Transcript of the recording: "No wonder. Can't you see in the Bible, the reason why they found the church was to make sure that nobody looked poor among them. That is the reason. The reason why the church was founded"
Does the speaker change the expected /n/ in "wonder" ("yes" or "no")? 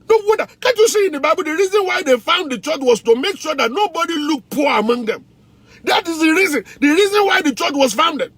yes